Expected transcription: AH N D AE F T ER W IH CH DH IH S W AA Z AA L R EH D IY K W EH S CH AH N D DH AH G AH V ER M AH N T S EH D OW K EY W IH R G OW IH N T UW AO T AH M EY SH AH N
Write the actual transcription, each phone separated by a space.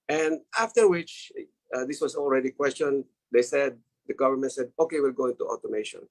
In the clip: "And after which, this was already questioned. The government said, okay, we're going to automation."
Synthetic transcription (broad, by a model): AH N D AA F T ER W IH CH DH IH S W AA S AA L R EH D IY K W EH S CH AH N D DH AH G AH V ER M AH N T S EH D OW K EY W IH L G OW IH N T UW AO T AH M EY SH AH N